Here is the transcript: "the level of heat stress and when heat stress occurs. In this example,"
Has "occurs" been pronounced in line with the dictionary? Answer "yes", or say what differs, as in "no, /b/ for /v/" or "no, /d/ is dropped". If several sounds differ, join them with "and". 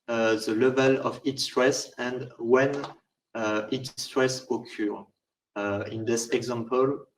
no, /z/ is dropped